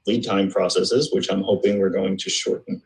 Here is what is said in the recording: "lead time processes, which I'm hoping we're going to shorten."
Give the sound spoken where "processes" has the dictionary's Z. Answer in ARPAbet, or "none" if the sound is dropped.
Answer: Z